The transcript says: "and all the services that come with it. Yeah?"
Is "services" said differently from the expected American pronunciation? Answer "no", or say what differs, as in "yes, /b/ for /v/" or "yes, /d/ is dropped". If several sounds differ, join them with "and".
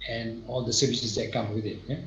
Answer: no